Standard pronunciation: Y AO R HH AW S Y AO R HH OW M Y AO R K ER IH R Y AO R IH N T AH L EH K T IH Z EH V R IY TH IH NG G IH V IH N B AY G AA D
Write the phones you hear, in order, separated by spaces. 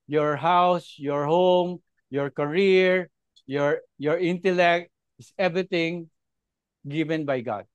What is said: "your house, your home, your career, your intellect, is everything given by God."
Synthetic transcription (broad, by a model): Y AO R HH AW S Y AO R HH OW M Y AO R K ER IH R Y AO R IH N T AH L EH K T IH S EH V R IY T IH NG G IH V IH N B AY G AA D